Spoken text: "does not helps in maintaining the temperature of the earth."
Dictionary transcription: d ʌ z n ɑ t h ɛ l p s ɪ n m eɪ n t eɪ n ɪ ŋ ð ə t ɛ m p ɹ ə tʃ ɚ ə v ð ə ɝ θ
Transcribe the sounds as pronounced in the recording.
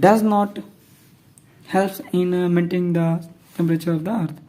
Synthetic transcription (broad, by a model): d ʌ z n ɑ t h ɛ l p ɪ n m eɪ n t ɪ ŋ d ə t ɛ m p ɹ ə tʃ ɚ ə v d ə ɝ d